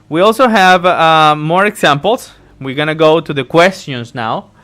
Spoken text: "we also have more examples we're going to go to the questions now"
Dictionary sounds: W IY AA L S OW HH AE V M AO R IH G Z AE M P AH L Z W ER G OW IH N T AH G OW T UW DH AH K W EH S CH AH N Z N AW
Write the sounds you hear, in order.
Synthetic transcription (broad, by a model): W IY AA L S OW HH AE V M AO R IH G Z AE M P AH L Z W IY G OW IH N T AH G OW T UW DH AH K W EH S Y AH N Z N AW